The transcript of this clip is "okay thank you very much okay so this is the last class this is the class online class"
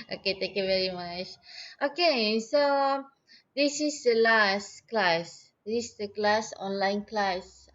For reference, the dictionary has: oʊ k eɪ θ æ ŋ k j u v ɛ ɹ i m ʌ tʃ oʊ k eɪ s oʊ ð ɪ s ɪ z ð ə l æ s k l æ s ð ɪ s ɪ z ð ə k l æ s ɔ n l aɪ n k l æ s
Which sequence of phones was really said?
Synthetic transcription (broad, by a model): oʊ k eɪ t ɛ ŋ k j u v ɛ ɹ i m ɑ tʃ oʊ k eɪ s oʊ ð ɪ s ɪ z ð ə l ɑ s k l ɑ s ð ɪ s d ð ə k l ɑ s ɔ n l aɪ n k l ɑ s